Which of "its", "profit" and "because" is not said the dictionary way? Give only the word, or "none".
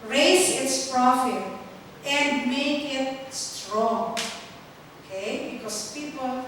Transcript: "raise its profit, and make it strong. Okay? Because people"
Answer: because